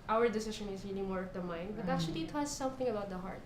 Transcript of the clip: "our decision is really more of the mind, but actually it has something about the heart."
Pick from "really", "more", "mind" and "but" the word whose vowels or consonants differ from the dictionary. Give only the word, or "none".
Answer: really